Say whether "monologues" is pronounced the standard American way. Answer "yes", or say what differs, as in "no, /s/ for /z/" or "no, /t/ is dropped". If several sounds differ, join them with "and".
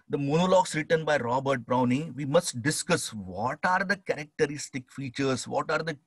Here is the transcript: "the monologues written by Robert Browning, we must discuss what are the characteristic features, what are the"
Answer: no, /s/ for /z/